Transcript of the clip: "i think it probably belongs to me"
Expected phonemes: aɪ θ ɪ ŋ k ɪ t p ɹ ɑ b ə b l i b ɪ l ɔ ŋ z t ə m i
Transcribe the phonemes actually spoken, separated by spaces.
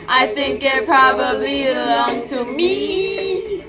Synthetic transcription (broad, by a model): aɪ θ ɪ ŋ k ɪ t p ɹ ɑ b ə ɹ l i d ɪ l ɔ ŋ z t ə m i